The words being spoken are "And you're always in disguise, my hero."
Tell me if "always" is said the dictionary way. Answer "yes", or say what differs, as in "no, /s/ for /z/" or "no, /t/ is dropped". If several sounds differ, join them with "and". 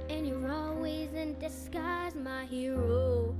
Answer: yes